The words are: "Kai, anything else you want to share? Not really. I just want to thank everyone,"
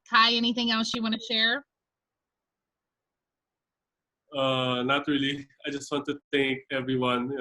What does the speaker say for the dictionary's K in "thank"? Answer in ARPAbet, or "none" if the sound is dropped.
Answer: K